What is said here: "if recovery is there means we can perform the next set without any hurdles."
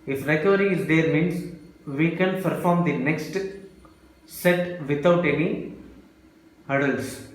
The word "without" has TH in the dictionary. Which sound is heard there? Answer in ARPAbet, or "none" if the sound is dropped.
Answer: T